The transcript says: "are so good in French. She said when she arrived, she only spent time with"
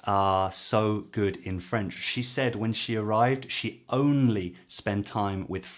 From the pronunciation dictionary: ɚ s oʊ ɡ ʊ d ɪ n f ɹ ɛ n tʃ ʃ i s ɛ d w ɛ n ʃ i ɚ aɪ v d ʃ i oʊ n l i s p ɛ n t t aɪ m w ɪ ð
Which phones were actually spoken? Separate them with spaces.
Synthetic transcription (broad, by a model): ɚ s oʊ ɡ ʊ d ɪ n f ɹ ɛ n tʃ ʃ i s ɛ d w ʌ n ʃ i ɚ aɪ v d ʃ i oʊ n l i s p ɛ n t t aɪ m w ɪ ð